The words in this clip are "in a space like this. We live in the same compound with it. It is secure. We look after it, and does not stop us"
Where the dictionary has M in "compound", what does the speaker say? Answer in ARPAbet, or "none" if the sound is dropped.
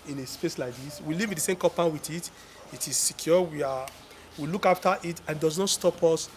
none